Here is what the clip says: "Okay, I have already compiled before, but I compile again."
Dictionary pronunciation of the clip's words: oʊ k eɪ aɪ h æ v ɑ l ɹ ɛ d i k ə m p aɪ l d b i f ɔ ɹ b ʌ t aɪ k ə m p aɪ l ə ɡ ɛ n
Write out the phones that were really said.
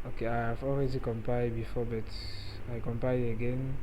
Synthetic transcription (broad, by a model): oʊ k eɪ aɪ h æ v ɑ l ɹ ɛ d i k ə m p aɪ d b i f ɔ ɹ b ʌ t aɪ k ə m p aɪ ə ɡ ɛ n